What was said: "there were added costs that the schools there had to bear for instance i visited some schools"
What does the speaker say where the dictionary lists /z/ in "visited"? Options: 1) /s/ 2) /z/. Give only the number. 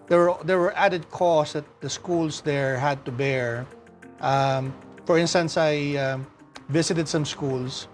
1